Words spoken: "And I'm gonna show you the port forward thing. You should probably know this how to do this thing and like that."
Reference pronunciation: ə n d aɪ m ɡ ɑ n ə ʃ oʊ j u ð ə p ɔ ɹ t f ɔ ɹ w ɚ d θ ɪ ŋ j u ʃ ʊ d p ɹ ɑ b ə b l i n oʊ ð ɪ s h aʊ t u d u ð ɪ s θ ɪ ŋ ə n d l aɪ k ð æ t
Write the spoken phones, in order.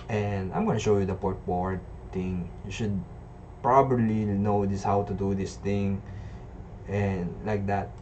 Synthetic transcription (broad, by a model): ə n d aɪ m ɡ ɑ n ə ʃ oʊ j u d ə p ɔ ɹ t p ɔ ɹ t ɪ ŋ j u ʃ ʊ d p ɹ ɑ b ə b l i n oʊ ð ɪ s h aʊ t u d u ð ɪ s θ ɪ ŋ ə n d l aɪ k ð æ t